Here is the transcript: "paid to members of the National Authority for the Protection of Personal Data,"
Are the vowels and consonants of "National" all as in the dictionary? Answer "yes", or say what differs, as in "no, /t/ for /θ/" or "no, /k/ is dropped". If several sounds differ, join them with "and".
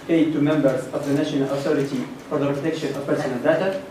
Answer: yes